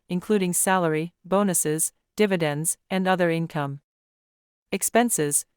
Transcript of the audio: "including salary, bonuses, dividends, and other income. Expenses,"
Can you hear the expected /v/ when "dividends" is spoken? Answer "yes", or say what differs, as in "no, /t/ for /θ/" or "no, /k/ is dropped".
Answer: yes